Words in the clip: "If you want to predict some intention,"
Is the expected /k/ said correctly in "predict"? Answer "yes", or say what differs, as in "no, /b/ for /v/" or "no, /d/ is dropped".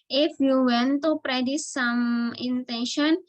no, /k/ is dropped